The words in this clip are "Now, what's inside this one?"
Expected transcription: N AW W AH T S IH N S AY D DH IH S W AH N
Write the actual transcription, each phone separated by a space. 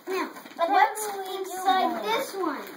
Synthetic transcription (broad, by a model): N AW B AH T IH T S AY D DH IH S W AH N